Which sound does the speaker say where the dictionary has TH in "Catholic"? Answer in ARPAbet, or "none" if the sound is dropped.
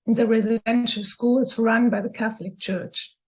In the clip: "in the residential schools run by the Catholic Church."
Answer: TH